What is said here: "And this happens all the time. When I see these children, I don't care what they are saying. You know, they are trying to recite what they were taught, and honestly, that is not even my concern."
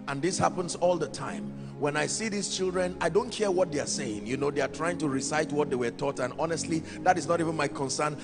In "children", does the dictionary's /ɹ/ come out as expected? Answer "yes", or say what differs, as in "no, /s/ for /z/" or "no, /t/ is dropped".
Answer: yes